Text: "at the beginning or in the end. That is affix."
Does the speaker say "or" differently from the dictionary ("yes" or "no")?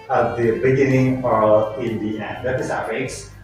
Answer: yes